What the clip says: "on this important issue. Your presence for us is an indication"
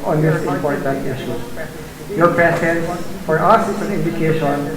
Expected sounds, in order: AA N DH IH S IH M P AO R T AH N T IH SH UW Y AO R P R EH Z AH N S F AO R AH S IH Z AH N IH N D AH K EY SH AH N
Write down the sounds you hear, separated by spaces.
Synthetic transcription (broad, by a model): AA N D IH S IH M P AO R T AH N T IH SH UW Y AO R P EH S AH N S F AO R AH S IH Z AH N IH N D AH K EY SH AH N